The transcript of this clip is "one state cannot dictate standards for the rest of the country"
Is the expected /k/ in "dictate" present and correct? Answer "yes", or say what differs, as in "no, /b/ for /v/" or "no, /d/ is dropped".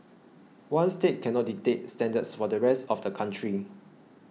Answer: no, /k/ is dropped